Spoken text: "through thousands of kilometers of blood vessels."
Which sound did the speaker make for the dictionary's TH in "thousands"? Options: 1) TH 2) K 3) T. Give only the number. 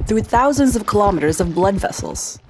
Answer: 1